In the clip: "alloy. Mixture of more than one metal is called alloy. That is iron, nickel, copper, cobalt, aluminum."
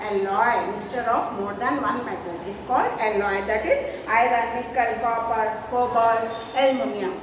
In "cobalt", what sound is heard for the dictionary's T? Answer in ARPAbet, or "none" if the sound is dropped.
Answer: none